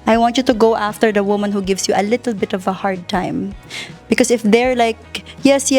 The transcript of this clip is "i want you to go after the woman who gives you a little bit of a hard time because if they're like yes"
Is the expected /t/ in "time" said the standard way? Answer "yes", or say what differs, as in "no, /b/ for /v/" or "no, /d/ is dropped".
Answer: yes